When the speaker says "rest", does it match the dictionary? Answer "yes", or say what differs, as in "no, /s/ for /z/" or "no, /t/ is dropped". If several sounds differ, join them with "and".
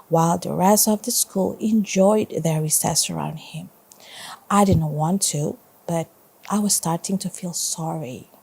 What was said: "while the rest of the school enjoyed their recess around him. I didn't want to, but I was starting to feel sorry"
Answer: no, /t/ is dropped